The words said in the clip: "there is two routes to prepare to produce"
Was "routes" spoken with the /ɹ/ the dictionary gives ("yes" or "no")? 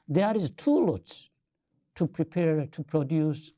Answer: no